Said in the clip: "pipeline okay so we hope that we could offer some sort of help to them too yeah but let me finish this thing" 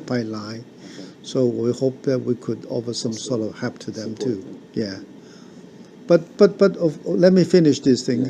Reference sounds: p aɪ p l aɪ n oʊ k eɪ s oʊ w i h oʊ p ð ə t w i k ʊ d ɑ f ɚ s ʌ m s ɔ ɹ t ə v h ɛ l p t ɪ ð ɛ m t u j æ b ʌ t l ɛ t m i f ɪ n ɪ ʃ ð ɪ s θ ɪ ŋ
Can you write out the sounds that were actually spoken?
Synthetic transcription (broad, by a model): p aɪ l aɪ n s oʊ w i h oʊ p ð ə t w i k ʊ d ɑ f ɚ s ʌ m s ɔ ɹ t ə v h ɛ p t ɪ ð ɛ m t u j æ b ʌ t l ɛ t m i f ɪ n ɪ ʃ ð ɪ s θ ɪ ŋ